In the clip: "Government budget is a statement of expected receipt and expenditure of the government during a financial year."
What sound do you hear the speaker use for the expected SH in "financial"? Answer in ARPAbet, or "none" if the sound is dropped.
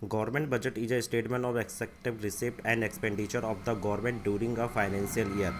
S